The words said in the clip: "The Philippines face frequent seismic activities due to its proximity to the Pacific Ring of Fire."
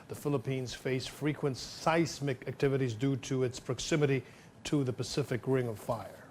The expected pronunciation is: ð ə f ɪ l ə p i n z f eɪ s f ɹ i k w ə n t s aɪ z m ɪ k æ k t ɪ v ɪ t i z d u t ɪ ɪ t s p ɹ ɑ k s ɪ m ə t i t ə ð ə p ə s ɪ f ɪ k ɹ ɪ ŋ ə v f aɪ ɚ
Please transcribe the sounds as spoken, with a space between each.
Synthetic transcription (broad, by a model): ð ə f ɪ l ə p i n z f eɪ s f ɹ i k w ə n t s aɪ s m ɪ k æ k t ɪ v ɪ t i z d u t ɪ ɪ t s p ɹ ɑ k s ɪ m ə t i t ə ð ə p ə s ɪ f ɪ k ɹ ɪ ŋ ə v f aɪ ɚ